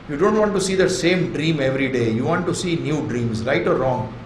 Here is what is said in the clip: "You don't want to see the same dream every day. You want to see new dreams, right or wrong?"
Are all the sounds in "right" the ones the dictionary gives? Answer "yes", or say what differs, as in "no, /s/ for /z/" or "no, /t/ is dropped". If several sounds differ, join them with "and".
yes